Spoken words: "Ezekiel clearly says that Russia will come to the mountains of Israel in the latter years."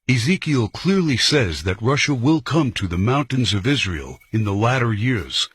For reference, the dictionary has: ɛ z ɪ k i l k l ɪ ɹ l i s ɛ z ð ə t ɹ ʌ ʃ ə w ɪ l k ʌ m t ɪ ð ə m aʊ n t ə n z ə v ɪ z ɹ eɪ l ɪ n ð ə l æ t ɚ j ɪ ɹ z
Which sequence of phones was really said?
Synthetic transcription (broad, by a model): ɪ z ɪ k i l k l ɪ ɹ l i s ɛ z ð ə t ɹ ʌ ʃ ə w ɪ l k ʌ m t ɪ ð ə m aʊ n t ə n z ə v ɪ z ɹ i l ɪ n ð ə l æ t ɚ j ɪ ɹ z